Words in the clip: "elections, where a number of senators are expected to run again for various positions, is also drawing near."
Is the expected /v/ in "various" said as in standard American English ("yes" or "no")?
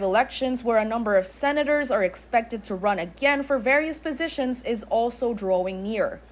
yes